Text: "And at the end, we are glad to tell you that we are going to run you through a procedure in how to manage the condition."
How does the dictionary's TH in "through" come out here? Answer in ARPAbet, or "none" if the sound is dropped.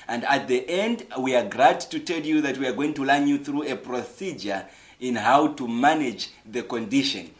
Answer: TH